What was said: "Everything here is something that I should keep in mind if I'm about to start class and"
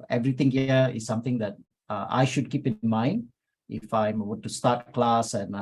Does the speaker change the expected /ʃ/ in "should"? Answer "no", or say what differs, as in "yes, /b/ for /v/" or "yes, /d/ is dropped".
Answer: no